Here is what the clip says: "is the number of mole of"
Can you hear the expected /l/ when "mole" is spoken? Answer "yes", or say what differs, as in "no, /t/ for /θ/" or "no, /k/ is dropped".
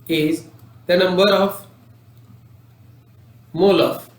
yes